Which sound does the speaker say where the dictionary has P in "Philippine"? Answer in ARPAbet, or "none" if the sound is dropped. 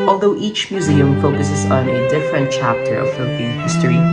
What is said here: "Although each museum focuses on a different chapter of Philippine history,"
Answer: B